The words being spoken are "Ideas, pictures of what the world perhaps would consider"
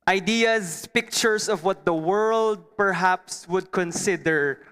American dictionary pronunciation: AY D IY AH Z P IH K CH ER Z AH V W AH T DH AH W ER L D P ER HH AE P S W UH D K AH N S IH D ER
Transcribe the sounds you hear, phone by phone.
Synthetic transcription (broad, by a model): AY D IY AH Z P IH K CH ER S AH V W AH T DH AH W ER L D P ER HH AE P S W UH D K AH N S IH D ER